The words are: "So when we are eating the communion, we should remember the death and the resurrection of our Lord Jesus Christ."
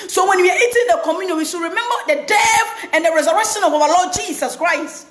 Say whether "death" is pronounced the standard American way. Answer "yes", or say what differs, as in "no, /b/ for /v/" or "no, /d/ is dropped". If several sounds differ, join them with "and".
no, /f/ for /θ/